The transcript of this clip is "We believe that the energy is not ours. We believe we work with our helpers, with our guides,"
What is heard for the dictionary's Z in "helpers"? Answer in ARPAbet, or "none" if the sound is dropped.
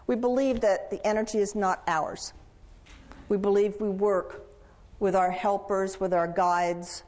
Z